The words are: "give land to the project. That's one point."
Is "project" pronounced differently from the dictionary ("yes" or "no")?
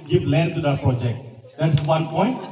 no